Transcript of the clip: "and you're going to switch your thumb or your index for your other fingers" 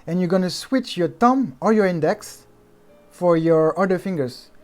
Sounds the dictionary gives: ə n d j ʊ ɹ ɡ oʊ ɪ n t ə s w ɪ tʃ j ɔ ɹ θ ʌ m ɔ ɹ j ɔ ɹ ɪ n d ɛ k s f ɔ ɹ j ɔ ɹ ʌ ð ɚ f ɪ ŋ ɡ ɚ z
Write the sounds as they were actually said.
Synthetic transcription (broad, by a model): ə n j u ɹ ɡ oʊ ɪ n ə s w ɪ tʃ j ɔ ɹ t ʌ m ɔ ɹ j ɔ ɹ ɪ n d ɛ k s f ɔ ɹ j ɔ ɹ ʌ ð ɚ f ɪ ŋ ɡ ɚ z